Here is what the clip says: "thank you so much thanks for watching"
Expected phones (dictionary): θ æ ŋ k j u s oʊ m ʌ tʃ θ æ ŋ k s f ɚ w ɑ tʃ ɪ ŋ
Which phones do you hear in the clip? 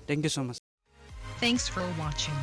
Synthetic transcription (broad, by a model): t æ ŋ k j u s oʊ m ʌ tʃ θ æ ŋ k s f ɚ w ɑ tʃ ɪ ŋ